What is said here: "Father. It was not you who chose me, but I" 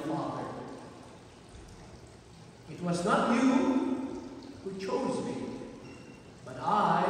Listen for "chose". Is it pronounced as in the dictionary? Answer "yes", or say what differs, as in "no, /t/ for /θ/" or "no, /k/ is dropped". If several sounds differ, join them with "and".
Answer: yes